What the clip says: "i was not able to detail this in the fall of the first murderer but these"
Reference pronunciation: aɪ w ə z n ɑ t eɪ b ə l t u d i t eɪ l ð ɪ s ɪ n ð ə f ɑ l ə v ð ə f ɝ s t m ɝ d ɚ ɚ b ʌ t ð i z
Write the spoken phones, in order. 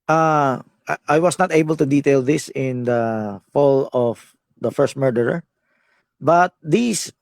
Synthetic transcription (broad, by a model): aɪ w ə s n ɑ t eɪ b ə l t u d i t eɪ l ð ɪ s ɪ n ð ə f ɑ l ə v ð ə f ɝ s t m ɝ d ɚ ɚ b ʌ t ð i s